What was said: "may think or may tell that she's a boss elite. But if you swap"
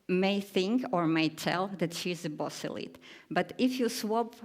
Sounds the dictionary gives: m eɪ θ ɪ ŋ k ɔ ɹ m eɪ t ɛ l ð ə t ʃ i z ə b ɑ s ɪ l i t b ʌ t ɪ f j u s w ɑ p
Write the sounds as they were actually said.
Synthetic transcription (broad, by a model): m eɪ θ ɪ ŋ k ɔ ɹ m eɪ t ɛ l ð ə t ʃ i z ə b ɑ s ɪ l i t b ʌ t ɪ f j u s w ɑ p